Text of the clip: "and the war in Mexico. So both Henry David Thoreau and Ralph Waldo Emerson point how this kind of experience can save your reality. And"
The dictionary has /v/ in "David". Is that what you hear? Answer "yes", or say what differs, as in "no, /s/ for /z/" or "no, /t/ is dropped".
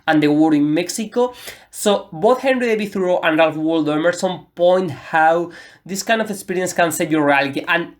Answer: no, /b/ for /v/